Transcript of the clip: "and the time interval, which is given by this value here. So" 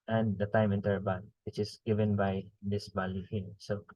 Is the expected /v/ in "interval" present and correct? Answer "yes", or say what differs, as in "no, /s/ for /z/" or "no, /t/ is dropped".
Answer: no, /b/ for /v/